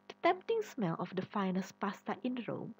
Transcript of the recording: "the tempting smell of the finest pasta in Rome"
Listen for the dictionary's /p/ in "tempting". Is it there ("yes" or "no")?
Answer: yes